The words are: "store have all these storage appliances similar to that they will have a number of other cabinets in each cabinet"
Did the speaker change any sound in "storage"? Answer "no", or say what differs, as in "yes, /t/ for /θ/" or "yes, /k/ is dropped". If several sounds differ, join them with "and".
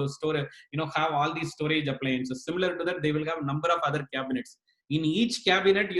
no